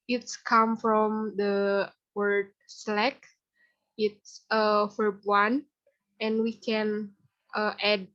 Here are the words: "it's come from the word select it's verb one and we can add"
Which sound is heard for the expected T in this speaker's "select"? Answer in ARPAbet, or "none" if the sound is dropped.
none